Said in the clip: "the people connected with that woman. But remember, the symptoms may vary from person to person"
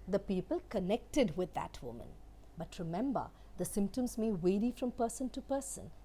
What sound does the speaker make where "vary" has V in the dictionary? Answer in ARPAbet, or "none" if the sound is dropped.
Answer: W